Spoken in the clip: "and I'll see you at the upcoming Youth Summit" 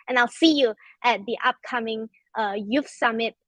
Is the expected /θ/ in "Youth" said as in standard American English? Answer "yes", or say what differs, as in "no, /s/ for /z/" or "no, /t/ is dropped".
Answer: no, /f/ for /θ/